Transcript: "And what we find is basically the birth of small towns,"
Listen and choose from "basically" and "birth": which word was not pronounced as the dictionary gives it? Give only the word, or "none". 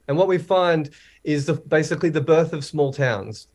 none